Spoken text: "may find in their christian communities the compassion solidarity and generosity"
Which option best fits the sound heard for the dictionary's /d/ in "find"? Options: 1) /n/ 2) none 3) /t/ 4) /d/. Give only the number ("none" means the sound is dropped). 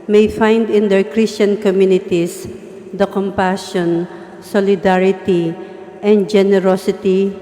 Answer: 4